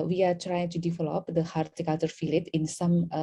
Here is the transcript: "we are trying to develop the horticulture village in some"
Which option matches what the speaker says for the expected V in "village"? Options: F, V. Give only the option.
F